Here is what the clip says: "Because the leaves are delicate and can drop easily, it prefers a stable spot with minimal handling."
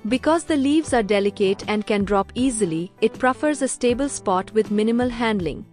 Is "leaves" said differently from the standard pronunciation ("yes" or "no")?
no